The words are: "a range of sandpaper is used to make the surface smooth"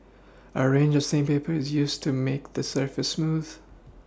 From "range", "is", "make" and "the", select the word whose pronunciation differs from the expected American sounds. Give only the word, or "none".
none